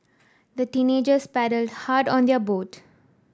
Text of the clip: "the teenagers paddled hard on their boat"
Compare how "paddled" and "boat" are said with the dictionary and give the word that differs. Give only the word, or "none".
none